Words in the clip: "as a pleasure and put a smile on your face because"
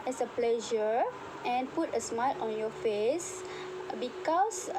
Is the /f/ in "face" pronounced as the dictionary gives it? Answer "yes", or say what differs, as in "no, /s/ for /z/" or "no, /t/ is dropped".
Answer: yes